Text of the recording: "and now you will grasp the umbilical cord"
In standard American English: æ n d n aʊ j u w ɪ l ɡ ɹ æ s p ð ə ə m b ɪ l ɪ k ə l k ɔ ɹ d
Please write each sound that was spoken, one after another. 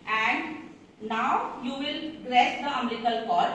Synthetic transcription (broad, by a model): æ n d n aʊ j u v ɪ l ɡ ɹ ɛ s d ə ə m ɛ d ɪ k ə l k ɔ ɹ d